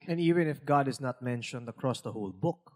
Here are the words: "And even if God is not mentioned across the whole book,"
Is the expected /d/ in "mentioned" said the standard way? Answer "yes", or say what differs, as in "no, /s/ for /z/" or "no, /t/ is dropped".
yes